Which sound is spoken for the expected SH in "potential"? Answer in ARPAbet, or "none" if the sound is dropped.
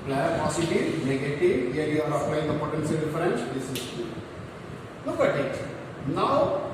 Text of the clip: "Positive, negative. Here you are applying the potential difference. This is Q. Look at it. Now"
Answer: S